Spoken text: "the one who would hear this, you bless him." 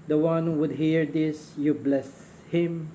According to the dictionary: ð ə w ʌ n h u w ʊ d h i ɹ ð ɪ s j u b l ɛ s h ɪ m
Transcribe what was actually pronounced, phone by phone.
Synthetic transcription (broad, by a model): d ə w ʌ n h u w ʊ d h i ɹ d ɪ s j u b l ɛ s h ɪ m